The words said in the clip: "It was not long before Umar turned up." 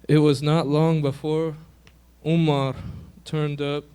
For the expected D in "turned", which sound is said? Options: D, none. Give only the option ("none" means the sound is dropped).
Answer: D